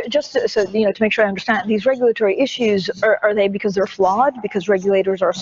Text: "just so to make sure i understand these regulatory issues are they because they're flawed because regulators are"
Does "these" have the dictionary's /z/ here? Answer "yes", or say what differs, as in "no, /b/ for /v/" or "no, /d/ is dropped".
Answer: yes